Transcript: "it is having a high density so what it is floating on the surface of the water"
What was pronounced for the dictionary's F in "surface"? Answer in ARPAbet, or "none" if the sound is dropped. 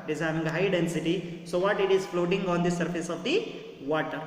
F